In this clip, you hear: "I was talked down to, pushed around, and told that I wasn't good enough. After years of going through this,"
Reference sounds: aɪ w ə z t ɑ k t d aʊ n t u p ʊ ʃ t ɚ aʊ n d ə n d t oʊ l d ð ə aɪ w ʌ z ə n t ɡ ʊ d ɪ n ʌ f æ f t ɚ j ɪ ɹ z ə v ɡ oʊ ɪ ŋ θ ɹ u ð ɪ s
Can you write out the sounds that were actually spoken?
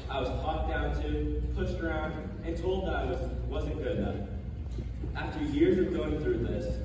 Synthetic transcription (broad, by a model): aɪ w ə z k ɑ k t d aʊ n t u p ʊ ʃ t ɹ aʊ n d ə t oʊ l d ð ə aɪ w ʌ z ə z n ɡ ʊ d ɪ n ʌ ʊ æ f t ɚ j ɪ ɹ z ə v ɡ oʊ ɪ ŋ θ ɹ u ð ɪ s